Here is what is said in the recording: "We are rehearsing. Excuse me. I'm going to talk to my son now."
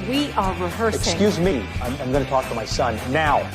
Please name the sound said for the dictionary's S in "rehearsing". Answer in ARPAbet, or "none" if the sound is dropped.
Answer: none